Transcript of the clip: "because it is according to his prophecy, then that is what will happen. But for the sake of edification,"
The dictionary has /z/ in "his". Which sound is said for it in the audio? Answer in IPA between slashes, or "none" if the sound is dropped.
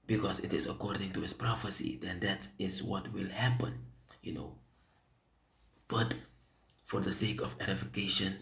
/s/